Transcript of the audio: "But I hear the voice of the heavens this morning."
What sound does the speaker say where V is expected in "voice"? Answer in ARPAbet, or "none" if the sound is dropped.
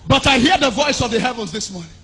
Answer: V